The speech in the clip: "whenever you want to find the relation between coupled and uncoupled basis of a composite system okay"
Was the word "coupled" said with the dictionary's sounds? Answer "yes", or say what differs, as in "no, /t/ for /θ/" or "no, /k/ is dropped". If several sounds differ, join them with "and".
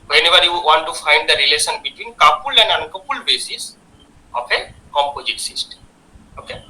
no, /d/ is dropped